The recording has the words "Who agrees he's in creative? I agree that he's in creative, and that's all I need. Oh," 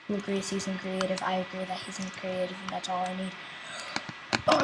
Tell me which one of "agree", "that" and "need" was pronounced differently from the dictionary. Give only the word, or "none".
agree